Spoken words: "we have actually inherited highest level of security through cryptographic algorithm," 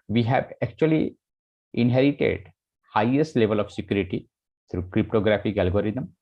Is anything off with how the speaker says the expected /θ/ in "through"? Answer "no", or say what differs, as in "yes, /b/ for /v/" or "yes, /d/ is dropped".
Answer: yes, /t/ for /θ/